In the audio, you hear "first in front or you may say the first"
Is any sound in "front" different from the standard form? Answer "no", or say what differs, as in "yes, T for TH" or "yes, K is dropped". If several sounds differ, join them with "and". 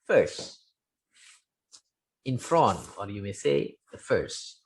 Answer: yes, T is dropped